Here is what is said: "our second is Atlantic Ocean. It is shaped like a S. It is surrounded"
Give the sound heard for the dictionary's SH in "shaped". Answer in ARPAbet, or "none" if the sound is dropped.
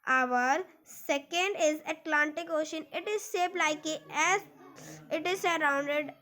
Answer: S